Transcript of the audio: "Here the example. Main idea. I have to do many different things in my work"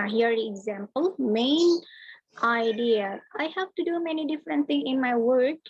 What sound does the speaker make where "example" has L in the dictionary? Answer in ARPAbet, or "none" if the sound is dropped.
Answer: L